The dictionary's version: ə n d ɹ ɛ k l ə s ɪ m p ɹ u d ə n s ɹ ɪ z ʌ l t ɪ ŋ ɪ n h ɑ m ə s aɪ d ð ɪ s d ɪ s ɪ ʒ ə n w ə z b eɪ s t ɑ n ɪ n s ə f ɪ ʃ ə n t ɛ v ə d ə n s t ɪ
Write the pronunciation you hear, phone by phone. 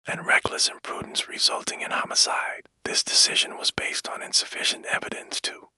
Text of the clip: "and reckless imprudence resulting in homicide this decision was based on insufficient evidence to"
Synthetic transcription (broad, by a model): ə n ɹ ɛ k l ə s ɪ m p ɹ u d n s ɹ ɪ z ʌ l t ɪ ŋ ɪ n h ɑ m ə s aɪ d ð ɪ s d ɪ s ɪ ʒ ə n w ə z b eɪ s t n ɪ n s ə f ɪ ʃ ə n t ɛ v ə d ə n s t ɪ